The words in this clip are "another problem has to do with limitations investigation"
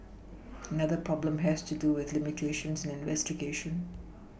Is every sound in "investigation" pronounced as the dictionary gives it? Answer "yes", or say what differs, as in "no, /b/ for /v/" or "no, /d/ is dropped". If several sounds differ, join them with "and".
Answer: yes